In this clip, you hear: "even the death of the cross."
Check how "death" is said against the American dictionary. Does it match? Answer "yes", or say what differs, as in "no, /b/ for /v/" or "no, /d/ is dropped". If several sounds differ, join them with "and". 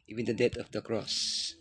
no, /t/ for /θ/